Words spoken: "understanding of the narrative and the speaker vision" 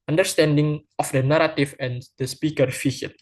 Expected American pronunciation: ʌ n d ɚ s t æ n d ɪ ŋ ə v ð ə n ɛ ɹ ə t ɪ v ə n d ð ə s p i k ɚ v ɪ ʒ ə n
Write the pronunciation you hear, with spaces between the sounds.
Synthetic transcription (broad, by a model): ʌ n d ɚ s t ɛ n d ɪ ŋ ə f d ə n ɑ ɹ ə t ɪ f ə n d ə s p i k ɚ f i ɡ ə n